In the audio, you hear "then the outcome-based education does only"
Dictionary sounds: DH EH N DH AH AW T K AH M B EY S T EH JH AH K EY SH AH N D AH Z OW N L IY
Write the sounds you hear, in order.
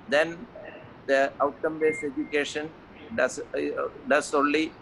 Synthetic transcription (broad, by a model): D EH N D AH AW T K AH M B EY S EH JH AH K EY SH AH N D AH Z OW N L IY